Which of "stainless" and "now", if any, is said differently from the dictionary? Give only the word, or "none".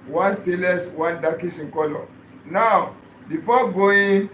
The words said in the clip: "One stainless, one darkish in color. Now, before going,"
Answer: stainless